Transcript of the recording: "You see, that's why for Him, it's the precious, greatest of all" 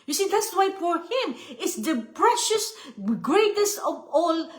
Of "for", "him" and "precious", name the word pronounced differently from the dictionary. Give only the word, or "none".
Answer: none